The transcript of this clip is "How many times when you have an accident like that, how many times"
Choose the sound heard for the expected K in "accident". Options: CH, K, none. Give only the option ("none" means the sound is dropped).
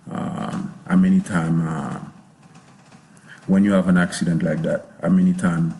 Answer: K